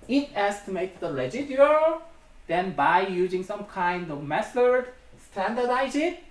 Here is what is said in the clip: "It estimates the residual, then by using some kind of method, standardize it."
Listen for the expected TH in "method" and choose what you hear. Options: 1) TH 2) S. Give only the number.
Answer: 2